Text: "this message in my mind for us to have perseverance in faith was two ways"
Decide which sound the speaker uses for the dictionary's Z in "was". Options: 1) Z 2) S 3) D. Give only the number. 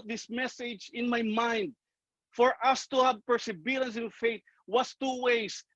2